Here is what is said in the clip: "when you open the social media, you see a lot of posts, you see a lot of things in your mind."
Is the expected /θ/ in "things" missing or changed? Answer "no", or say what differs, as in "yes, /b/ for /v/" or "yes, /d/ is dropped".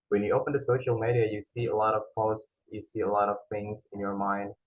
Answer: no